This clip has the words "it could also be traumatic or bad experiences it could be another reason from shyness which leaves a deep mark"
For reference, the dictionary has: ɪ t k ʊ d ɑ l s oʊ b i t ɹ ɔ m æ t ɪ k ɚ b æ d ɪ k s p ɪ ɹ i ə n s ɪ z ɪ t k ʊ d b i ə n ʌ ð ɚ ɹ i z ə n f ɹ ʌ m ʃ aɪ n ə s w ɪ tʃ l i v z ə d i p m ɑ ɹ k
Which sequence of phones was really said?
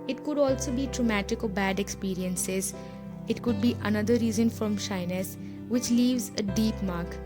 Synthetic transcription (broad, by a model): ɪ t k ʊ d ɑ l s oʊ b i t ɹ ɔ m æ t ɪ k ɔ b æ d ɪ k s p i ɹ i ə n s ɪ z ɪ t k ʊ d b i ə n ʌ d ɚ ɹ i z ə n f ɹ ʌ m ʃ aɪ n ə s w ɪ tʃ l i v z ə d i p m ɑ ɹ k